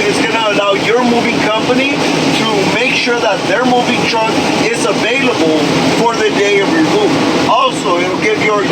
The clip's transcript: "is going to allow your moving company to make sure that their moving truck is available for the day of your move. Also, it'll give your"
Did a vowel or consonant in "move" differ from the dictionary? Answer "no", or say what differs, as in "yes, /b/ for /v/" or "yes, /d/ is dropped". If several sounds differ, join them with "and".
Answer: yes, /v/ is dropped